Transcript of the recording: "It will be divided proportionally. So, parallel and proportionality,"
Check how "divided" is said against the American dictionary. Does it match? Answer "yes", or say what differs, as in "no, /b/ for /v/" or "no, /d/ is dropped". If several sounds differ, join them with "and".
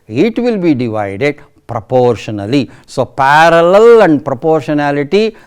yes